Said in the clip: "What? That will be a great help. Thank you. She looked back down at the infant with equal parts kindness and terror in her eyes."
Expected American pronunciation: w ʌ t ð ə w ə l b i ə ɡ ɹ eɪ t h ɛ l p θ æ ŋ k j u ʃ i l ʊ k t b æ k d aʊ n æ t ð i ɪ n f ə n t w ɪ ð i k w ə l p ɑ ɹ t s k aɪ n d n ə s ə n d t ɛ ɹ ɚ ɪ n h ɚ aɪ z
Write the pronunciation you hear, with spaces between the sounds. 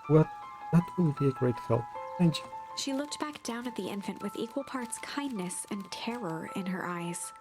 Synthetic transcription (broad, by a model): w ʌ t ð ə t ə b i ə ɡ ɹ eɪ t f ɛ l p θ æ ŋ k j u ʃ i l ʊ k t b æ k d aʊ n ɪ t ð i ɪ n f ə n t w ɪ ð i k w ə l p ɑ ɹ t s k aɪ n n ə s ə n t ɛ ɹ ɚ ɪ n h ɚ aɪ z